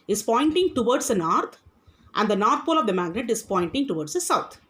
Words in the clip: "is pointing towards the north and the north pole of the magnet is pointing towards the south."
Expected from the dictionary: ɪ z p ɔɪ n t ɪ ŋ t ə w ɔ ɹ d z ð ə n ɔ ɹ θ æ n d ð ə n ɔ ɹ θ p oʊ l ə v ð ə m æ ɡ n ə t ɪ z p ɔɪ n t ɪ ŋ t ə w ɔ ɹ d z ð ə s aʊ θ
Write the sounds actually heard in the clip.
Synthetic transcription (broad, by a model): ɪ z p ɔɪ n t ɪ ŋ t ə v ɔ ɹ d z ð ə n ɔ ɹ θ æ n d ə n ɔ ɹ t p oʊ l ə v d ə m æ ɡ n ə t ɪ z p ɔɪ n t ɪ ŋ t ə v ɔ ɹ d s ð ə s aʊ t